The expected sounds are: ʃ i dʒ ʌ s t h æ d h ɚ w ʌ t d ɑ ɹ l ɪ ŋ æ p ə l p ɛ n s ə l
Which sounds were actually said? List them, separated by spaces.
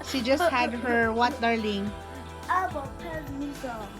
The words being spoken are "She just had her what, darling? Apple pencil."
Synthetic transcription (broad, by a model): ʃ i dʒ ʌ s t h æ d h ɚ w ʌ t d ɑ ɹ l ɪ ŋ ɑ b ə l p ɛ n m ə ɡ